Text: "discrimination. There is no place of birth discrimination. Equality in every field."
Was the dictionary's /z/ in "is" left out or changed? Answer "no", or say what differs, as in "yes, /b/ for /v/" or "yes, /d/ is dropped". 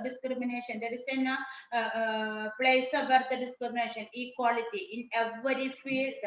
yes, /s/ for /z/